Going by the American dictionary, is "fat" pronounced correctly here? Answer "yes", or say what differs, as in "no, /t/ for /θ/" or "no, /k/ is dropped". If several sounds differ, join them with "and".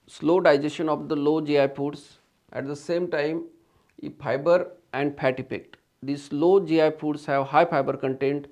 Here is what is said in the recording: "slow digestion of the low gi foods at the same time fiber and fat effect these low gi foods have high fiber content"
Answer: no, /p/ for /f/